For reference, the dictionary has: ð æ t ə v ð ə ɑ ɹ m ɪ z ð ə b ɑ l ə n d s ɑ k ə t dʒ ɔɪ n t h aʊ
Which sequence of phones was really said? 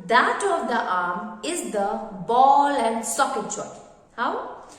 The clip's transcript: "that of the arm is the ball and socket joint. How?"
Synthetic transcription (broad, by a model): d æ t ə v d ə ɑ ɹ m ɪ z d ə b ɑ l ə n d s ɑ k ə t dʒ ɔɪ t h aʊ